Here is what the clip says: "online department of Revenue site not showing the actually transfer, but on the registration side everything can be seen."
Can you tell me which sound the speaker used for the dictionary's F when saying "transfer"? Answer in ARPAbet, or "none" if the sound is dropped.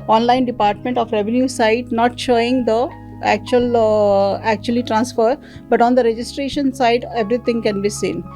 F